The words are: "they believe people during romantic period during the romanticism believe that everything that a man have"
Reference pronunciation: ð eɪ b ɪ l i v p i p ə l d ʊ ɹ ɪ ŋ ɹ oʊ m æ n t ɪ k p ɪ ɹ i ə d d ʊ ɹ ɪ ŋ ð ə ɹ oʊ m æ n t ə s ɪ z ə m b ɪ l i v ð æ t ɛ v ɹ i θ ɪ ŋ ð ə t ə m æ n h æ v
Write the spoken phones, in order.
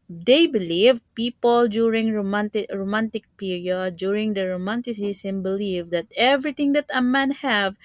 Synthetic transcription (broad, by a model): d eɪ b ɪ l i v p i p ə l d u ɹ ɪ ŋ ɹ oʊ m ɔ n t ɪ k p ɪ ɹ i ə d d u ɹ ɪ ŋ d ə ɹ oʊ m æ n t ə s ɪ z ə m b ɪ l i v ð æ t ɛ v ɹ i t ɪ ŋ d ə t ə m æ n h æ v